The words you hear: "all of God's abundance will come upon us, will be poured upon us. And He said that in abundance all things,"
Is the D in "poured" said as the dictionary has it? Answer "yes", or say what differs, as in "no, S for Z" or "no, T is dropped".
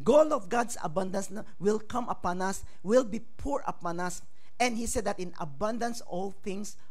no, D is dropped